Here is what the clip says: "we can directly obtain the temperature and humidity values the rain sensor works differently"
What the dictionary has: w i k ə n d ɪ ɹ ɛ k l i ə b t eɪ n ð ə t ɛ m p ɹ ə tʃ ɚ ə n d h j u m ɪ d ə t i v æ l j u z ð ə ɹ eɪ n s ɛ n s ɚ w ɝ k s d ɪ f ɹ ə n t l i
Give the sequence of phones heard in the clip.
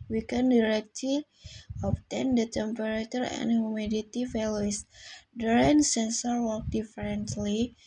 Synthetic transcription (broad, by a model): w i k ə n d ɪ ɹ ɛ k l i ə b t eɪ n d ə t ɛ m p ɹ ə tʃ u ə n d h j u m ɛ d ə t i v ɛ l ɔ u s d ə ɹ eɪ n s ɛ n s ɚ w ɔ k d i f ɹ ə n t l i